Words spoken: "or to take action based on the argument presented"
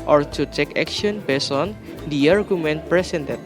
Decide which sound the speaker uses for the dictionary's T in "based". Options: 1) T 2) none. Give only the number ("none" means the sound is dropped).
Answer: 2